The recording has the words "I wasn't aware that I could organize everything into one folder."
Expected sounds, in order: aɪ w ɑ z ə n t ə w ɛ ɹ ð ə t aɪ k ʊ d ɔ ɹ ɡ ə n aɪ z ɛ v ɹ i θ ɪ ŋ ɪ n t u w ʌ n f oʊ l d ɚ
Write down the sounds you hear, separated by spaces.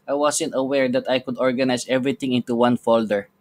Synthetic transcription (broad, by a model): aɪ w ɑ s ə n t ə w ɛ ɹ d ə t aɪ k ʊ d ɔ ɹ ɡ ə n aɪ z ɛ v ɹ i t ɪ ŋ ɪ n t u w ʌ n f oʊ l d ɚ